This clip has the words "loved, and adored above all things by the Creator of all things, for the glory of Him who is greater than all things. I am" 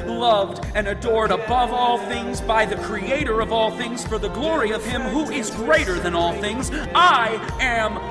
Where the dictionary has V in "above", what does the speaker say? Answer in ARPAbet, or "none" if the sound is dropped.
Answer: V